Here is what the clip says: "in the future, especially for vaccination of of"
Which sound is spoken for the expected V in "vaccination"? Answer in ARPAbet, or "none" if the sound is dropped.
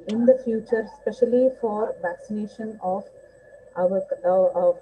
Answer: V